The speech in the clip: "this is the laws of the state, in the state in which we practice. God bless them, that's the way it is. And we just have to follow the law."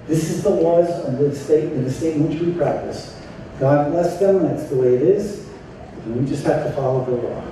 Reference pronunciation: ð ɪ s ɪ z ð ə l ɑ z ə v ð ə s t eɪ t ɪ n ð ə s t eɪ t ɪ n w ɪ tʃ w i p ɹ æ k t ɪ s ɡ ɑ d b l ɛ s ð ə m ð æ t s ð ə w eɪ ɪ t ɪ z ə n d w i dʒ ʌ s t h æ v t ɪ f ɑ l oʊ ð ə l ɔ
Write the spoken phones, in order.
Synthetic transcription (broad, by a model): ð ɪ s ɪ z ð ə l ɑ z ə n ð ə s t eɪ t ɪ n ð ə s t eɪ t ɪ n w ɪ tʃ w i p ɹ æ k t ɪ s ɡ ɑ d b l ɛ s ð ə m ð æ t s ð ə w eɪ ɪ t ɪ z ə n w i dʒ ʌ s t h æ f t ɪ f ɑ l oʊ ð ə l ɔ